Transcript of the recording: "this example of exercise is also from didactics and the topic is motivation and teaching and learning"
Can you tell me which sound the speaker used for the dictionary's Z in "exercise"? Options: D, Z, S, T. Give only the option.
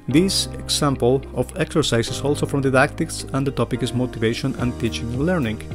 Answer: S